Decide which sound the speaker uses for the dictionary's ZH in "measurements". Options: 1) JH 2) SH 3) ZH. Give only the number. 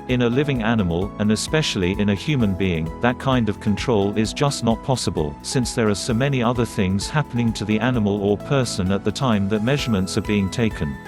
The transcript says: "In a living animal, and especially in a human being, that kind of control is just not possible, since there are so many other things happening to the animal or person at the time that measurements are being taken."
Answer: 3